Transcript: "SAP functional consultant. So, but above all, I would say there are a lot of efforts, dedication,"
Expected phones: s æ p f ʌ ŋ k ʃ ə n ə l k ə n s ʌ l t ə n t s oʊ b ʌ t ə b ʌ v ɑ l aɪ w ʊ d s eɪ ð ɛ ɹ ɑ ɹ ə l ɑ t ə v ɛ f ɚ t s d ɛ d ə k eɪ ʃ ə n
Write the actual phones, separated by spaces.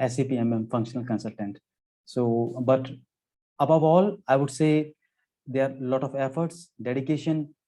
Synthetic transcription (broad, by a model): s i p f ʌ ŋ k ʃ ə n ə l k ə n s ʌ l t ə n t s oʊ b ʌ t ə b ʌ v ɑ l aɪ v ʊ d s eɪ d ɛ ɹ ɑ ɹ l ɑ t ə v ɛ f ɚ t s d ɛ d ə k eɪ ʃ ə n